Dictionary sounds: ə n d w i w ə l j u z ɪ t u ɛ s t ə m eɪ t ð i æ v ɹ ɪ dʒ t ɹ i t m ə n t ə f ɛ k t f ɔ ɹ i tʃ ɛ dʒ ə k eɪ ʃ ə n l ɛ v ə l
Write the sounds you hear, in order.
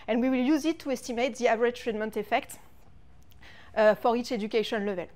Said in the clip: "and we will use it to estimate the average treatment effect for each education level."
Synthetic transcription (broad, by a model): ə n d w i w ə l j u z ɪ t u ɛ s t ə m eɪ t ð i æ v ɹ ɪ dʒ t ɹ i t m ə n t ə f ɛ k t f ɔ ɹ i tʃ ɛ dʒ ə k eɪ ʃ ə n l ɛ v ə l